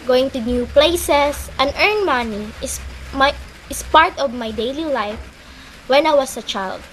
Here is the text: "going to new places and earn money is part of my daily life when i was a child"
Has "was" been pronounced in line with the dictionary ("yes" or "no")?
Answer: no